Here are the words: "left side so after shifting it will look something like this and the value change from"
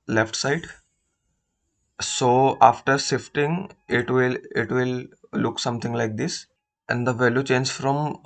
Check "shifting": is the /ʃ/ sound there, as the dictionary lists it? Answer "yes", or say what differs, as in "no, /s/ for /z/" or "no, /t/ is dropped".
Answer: no, /s/ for /ʃ/